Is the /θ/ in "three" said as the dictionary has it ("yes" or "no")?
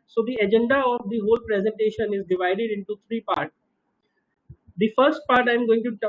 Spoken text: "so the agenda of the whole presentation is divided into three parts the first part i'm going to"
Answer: no